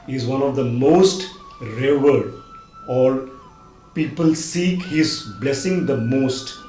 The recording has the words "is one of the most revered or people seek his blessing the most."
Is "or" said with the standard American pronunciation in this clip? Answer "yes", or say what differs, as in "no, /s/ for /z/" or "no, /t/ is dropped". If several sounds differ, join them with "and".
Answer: no, /l/ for /ɹ/